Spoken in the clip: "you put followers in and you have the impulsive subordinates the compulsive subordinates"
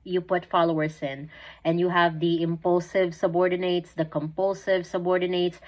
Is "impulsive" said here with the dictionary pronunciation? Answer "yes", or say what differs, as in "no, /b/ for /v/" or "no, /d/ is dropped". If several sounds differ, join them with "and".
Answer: yes